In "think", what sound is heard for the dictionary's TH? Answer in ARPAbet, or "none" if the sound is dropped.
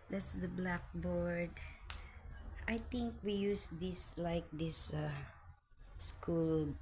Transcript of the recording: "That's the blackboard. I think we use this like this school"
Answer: T